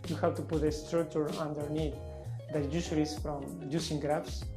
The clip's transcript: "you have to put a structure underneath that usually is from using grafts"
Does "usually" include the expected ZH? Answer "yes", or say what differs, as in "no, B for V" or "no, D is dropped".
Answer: no, S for ZH